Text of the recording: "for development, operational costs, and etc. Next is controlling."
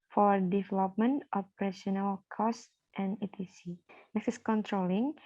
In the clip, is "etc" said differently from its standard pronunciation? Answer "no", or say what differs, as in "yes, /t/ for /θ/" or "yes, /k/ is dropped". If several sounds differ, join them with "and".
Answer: yes, /s/ is dropped